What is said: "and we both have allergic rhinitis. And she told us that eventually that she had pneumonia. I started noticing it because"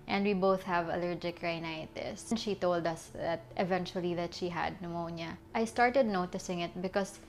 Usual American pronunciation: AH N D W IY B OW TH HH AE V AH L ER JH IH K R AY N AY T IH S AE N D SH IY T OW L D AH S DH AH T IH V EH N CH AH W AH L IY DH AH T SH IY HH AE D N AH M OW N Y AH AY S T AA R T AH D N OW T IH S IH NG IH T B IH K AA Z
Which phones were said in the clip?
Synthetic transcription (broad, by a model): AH N D W IY B OW TH HH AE V AH L ER JH IH K R AY N AY T IH S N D SH IY T OW L D AH S DH AH T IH V EH N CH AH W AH L IY DH AH T SH IY HH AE D N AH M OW N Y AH AY S T AA R T AH D N OW T IH S IH NG IH T B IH K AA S